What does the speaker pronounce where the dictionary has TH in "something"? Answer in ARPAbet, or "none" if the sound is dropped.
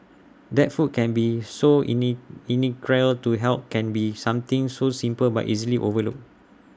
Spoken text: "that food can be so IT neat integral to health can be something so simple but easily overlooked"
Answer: T